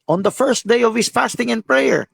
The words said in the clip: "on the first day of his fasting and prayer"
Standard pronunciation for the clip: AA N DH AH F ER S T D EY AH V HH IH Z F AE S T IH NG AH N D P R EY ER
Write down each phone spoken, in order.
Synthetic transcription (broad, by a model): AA N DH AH F ER S T D EY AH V HH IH S F AE S T IH NG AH N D P R EY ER